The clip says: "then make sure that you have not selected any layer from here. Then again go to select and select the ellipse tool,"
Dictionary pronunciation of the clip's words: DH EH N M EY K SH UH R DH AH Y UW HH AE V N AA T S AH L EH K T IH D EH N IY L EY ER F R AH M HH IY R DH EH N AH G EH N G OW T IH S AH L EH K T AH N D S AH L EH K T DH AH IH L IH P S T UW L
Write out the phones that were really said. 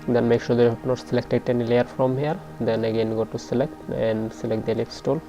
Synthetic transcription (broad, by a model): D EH N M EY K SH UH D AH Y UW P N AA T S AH L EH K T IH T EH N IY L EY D F R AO M HH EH R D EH N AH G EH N G OW T IH S AH L EH K T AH N S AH L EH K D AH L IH F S T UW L